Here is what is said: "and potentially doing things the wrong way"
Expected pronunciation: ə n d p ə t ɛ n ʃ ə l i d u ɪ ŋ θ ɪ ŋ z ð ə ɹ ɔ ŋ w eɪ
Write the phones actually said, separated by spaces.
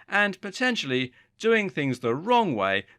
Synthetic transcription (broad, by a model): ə n p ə t ɛ n ʃ l i d u ɪ ŋ θ ɪ ŋ z ð ə ɹ ɔ ŋ w eɪ